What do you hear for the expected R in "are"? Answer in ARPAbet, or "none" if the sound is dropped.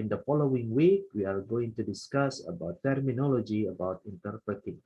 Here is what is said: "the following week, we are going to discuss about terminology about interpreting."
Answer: L